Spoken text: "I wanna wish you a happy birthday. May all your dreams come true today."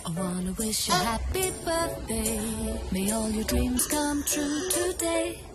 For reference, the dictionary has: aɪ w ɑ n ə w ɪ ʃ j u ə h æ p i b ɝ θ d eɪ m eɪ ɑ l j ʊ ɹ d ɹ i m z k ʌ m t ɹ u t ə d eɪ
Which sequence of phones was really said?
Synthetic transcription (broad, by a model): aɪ w ɑ n ə w ɪ ʃ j ə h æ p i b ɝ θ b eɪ m eɪ ɑ l j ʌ ɹ d ɹ i m z k ʌ m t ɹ u t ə d eɪ